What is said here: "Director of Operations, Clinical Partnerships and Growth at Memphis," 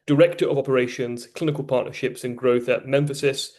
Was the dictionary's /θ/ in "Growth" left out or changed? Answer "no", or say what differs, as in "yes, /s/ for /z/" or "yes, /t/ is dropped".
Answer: no